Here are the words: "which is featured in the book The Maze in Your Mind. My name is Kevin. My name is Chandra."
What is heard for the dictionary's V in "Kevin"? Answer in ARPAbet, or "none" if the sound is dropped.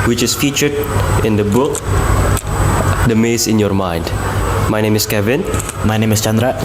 V